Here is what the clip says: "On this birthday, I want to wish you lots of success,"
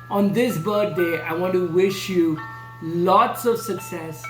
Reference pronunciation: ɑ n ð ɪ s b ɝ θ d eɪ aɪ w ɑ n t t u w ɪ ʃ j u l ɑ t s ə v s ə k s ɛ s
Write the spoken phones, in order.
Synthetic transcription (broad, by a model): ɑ n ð ɪ s b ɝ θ d eɪ aɪ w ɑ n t t u w ɪ ʃ j u l ɑ t s ə v s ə k s ɛ s